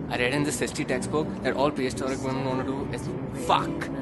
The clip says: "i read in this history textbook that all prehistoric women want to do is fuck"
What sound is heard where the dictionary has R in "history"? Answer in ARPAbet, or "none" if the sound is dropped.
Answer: none